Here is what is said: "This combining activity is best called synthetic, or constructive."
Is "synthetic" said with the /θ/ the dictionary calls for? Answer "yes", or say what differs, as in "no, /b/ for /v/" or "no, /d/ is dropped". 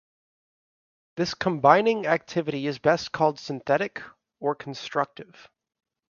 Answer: yes